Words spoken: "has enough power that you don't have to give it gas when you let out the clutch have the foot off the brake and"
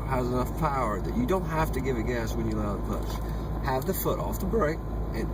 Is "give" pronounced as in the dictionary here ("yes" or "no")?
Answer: yes